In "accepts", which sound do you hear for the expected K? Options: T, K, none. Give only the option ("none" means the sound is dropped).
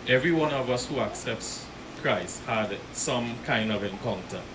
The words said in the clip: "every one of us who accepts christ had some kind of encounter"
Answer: K